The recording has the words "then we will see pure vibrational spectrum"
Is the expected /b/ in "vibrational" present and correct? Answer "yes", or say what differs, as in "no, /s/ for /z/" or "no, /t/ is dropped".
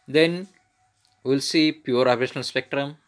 no, /b/ is dropped